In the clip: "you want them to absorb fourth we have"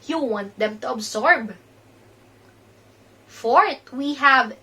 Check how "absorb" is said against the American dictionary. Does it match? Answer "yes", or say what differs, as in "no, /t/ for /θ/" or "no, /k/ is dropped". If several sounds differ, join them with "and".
no, /s/ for /z/